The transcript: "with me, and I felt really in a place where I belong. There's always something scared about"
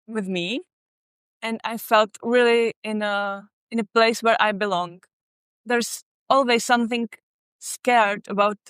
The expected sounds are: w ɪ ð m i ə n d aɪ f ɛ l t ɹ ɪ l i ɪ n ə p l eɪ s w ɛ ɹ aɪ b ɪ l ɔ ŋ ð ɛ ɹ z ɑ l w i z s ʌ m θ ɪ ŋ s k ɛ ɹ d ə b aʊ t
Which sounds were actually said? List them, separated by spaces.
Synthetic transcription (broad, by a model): w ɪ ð m i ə n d aɪ f ɛ l t ɹ ɪ l i ɪ n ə p l eɪ s w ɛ ɹ aɪ b ɪ l ɔ ŋ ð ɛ ɹ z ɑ l w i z s ʌ m θ ɪ ŋ s k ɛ ɹ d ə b aʊ t